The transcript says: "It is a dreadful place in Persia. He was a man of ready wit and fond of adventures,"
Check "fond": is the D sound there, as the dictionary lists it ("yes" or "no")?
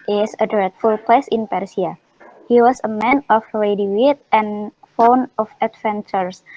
no